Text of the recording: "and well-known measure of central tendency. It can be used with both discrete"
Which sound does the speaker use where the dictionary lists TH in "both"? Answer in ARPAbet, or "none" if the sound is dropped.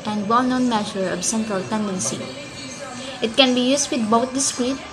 T